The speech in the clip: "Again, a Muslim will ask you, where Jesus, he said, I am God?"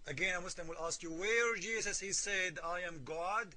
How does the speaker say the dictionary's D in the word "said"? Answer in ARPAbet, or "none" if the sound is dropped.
D